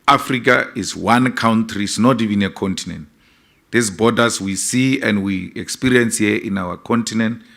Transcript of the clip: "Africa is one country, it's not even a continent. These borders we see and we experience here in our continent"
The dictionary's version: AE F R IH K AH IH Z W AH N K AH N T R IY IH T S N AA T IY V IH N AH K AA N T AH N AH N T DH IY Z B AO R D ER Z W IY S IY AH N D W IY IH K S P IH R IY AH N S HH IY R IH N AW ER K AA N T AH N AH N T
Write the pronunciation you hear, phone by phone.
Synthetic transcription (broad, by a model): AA F R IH K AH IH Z W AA N K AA N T R IY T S N AA T IY V IH N AH K AA N T AH N AH N T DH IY S B AO D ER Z W IY S IY AH N D W IY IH K S P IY R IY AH N S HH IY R IH N AW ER K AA N T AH N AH N T